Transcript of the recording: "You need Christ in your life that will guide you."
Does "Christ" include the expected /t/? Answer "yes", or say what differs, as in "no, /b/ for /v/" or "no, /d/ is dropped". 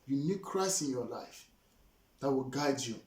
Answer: no, /t/ is dropped